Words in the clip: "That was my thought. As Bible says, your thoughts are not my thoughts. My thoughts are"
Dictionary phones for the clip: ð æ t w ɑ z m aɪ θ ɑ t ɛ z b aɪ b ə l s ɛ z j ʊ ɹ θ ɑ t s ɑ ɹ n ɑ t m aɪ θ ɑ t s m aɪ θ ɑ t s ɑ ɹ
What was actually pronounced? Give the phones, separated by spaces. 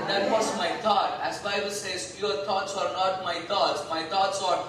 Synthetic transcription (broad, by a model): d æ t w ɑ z m aɪ t ɑ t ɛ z b aɪ b ə l s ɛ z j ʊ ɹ t ɑ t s ɑ ɹ n ɑ t m aɪ t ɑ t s m aɪ t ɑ t s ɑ ɹ